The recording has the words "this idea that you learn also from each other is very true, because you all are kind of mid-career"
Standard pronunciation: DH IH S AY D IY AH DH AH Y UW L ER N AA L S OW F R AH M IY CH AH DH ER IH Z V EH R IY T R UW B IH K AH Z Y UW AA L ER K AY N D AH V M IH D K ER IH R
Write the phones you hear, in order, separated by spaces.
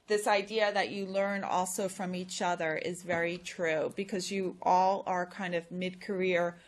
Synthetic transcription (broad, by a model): DH IH S AY D IY AH DH AH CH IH L ER N AA L S OW F R AH M IY CH AH DH ER IH Z V EH R IY T R UW B IH K AH Z Y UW AA L ER K AY N D AH V M IH D K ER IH R